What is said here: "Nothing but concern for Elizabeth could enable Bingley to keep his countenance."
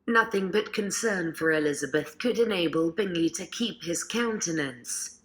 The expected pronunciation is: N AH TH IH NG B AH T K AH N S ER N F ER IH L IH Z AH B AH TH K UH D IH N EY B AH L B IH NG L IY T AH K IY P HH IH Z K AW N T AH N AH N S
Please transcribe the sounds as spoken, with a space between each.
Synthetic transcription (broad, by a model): N AH TH IH NG B AH T K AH N S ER N F ER IH L IH Z AH B AH TH K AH D IH N EY B AH L B IH NG L IY T AH K IY P HH IH Z K AW N T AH N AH N S